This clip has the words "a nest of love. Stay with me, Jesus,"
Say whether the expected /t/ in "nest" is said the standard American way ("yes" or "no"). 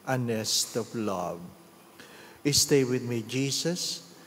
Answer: yes